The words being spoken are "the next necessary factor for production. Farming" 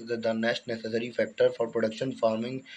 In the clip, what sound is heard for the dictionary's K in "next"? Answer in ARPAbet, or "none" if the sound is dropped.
none